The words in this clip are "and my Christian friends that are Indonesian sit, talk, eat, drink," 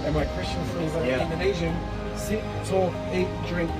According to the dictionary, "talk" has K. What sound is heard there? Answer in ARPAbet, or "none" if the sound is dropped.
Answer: none